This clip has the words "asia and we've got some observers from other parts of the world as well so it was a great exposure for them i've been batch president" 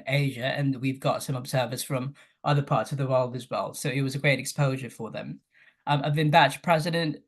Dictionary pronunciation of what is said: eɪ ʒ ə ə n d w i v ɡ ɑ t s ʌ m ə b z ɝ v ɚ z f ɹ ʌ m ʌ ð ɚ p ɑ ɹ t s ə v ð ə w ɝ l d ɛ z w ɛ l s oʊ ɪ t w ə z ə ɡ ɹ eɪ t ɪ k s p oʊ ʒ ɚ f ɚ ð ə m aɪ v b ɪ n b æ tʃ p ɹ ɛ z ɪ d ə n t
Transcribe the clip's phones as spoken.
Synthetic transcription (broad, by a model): eɪ ʒ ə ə n w i v ɡ ɑ t s ʌ m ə b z ɝ v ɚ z f ɹ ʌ m ʌ ð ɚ p ɑ ɹ t s ə v ð ə w ɝ l d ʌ z w ɛ l s oʊ ɪ t w ə z ə ɡ ɹ eɪ t ɪ k s p oʊ ʒ ɚ f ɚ ð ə m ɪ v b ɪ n b æ tʃ p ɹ ɛ z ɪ d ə n t